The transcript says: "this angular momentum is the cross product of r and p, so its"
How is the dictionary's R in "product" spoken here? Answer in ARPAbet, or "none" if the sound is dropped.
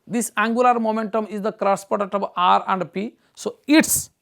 none